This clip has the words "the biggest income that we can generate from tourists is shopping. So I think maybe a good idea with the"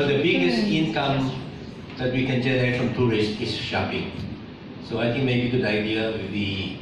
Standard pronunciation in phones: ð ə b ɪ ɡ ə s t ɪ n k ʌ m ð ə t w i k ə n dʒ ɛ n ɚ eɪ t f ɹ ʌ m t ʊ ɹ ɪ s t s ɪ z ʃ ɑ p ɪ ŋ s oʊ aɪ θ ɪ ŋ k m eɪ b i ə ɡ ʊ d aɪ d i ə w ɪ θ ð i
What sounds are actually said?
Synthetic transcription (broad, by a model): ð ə b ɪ ɡ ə s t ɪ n k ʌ m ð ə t w i k ə n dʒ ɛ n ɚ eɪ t f ɹ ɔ m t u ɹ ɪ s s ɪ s ʃ ɑ p ɪ ŋ s oʊ aɪ t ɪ ŋ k m eɪ b i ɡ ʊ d aɪ d i ə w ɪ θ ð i